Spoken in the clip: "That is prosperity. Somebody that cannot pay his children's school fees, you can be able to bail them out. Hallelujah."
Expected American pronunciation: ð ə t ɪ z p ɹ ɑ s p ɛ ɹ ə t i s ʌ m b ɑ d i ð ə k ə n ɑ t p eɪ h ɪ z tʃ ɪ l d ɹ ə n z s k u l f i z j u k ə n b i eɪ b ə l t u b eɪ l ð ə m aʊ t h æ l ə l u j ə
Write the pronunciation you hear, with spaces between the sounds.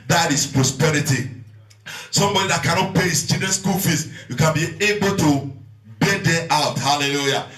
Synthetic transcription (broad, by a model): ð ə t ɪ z p ɹ ɑ s p ɛ ɹ ə t i s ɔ m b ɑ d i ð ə k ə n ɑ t p eɪ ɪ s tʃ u d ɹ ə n s k u l f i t j u k ə n b i eɪ b ə l t u b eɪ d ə aʊ t h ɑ l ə l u j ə